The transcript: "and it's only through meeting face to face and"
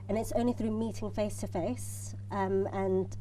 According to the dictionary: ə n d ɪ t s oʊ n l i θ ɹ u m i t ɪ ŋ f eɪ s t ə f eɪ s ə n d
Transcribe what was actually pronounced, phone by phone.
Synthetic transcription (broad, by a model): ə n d ɪ t s oʊ n l i θ ɹ u m i t ɪ ŋ f eɪ s t ə f eɪ s ə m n